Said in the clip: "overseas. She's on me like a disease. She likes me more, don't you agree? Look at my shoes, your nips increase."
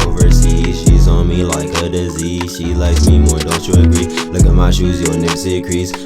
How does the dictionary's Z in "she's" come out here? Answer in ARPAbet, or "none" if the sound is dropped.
Z